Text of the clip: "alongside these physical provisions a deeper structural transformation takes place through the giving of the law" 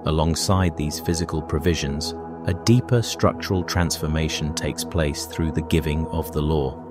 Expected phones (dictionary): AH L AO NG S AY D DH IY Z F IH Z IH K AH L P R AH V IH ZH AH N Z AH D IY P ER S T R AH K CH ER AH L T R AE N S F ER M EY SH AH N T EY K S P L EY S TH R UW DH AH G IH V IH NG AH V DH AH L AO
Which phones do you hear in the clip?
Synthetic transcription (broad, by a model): AH L AO NG S AY D DH IY Z F IH Z IH K AH L P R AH V IH ZH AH N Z AH D IY P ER S T R AH K CH ER AH L T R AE N S F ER M EY SH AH N T EY K S P L EY S TH R UW DH AH G IH V IH NG AH V DH AH L AO